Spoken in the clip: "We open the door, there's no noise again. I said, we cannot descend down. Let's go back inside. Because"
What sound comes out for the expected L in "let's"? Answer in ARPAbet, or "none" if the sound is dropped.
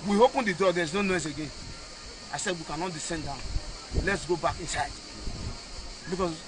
L